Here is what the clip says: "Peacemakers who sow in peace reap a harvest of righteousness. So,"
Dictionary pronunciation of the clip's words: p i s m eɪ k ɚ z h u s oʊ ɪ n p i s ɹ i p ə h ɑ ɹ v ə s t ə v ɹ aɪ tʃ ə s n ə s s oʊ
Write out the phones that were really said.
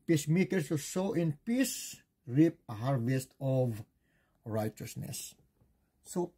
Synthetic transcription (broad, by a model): p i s m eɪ k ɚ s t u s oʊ ɪ n p i s ɹ i p ə h ɑ ɹ v ə s t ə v ɹ aɪ tʃ ə s n ə s s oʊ